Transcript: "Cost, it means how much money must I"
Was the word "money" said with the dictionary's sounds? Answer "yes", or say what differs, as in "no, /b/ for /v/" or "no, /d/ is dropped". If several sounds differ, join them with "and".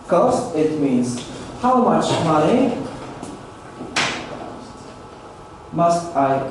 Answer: no, /n/ is dropped